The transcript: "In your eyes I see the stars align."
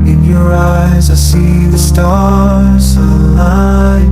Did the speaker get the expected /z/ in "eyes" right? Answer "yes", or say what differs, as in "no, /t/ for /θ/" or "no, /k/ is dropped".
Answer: yes